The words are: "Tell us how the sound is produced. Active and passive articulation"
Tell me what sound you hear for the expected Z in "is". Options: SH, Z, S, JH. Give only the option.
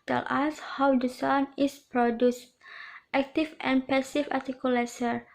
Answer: S